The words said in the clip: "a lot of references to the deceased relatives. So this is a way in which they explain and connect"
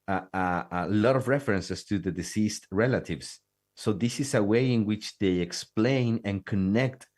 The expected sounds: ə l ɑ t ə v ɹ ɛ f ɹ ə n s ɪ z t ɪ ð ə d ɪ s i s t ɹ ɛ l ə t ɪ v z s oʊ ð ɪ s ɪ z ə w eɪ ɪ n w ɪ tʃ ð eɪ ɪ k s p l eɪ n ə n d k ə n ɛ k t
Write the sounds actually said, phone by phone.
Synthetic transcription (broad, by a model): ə l ɑ t ə v ɹ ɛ f ɹ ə n s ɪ s t ɪ ð ə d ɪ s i s t ɹ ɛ l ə t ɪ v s s oʊ ð ɪ s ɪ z ə w eɪ ɪ n w ɪ tʃ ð eɪ ɪ k s p l eɪ n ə n k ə n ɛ k t